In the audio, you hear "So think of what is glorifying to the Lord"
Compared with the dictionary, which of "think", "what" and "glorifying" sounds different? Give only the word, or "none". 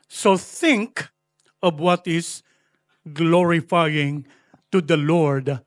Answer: none